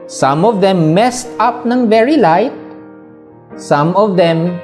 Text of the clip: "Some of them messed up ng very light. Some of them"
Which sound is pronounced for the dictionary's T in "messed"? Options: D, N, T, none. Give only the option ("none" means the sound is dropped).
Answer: T